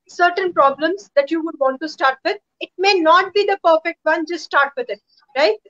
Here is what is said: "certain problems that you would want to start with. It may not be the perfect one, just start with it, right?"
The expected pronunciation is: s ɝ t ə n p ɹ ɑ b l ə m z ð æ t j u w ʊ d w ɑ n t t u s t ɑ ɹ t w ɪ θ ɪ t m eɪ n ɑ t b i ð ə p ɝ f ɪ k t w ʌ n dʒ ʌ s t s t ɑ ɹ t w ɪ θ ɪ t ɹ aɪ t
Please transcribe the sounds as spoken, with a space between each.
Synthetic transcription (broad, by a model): s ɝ t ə n p ɹ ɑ b l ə m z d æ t j u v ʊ d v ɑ n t t u s t ɑ ɹ t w ɪ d ɪ t m eɪ n ɑ t b i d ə p ɝ f ɪ k t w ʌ n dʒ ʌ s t s t ɑ ɹ t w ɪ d ɪ t ɹ aɪ t